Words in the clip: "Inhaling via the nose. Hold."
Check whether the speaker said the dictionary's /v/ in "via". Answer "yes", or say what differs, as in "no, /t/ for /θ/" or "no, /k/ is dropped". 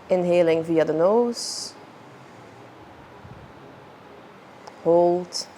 yes